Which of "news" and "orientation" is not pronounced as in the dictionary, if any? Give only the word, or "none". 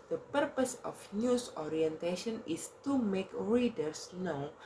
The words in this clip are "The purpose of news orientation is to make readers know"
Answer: news